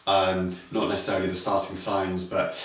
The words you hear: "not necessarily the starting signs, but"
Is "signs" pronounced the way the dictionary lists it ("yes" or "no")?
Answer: yes